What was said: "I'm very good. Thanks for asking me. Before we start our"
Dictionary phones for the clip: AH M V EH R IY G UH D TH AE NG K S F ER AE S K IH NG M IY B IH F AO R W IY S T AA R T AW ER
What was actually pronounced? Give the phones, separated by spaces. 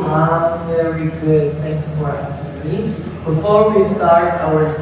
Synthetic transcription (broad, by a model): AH V EH R IY G UH D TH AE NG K S F ER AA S IH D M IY B IH F AO R W IY S T AA R T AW ER